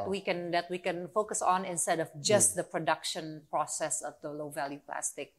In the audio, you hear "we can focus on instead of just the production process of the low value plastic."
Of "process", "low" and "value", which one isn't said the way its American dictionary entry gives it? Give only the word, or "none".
none